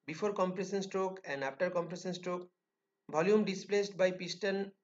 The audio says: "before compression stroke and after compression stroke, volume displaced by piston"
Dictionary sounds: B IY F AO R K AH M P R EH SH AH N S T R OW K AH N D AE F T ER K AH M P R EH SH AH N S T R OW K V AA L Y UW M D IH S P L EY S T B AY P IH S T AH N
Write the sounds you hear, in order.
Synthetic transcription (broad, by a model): B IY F AO R K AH M P R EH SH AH N S T R OW K AH N D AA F T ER K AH M P R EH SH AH N S T R OW K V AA L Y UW M D IH S P L EY S T B AY P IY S T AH N